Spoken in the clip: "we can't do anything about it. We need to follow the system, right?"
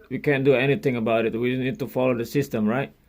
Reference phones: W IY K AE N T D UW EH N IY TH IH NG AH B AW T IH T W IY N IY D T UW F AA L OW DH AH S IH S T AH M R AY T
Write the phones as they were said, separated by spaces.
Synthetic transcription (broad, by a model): W IY K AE N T D UW EH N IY T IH NG AH B AW T IH T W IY N IY D T UW F AA L OW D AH S IH S T AH M R AY T